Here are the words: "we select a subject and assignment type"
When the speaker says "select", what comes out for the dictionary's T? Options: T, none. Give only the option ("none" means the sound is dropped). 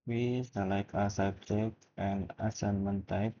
none